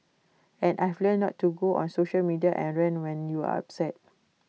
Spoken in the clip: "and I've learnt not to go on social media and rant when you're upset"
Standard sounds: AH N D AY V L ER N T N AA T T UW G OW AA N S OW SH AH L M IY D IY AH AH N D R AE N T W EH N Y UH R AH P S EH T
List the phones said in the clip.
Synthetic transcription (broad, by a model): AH N AY F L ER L N AA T T UW G OW AA N S OW SH AH L M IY D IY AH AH N R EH N W EH N Y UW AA AH P S EH T